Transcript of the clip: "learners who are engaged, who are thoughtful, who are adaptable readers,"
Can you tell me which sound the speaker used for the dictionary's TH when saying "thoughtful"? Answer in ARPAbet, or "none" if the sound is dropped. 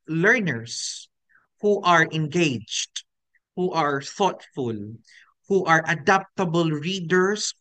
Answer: TH